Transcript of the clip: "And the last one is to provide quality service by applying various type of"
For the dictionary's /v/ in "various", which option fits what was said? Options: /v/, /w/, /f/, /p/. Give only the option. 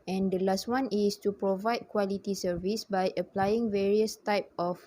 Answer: /v/